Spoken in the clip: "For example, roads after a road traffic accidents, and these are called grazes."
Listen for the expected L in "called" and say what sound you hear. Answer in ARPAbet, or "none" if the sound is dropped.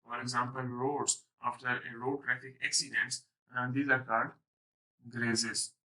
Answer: none